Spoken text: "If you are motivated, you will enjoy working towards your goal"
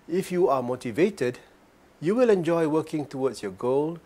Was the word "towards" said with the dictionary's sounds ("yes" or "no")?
no